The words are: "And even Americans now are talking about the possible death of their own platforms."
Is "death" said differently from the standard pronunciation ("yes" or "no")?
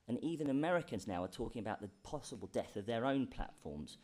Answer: no